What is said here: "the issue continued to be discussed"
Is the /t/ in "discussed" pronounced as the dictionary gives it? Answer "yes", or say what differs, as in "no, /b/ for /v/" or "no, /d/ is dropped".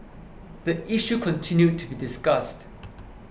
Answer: yes